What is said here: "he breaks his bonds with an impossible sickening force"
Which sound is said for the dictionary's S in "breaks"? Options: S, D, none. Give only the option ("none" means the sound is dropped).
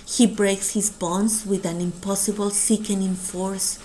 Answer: S